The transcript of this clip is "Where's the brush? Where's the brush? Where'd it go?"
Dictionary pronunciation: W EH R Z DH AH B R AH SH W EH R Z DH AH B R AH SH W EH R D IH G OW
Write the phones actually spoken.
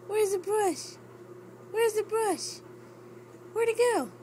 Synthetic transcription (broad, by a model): W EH R Z DH AH B R AH SH W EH R Z DH AH B R AH SH W EH R D IH G OW